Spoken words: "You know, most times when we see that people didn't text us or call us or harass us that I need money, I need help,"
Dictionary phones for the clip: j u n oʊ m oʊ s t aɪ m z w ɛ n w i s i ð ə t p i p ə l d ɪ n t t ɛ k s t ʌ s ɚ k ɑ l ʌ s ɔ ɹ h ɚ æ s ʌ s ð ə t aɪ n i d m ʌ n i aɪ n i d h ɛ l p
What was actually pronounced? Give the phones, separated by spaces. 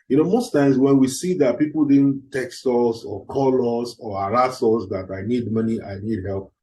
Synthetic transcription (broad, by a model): j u n oʊ m oʊ s t aɪ m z w ɛ n w i s i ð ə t p i p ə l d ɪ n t t ɛ k s t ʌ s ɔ k ɑ l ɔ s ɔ ɹ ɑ s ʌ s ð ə t aɪ n i d m ʌ n i aɪ n i d h ɛ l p